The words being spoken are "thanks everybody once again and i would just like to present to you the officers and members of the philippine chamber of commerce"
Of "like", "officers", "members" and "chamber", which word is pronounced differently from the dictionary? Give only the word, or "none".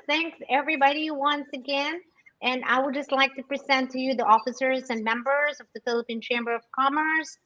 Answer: none